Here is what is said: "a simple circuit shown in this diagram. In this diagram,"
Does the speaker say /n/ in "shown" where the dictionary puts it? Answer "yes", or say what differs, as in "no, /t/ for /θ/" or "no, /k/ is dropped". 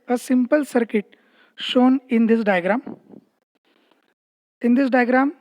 yes